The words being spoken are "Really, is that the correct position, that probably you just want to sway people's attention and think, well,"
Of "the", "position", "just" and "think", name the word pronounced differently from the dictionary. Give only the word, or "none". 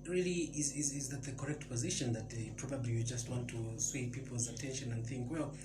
none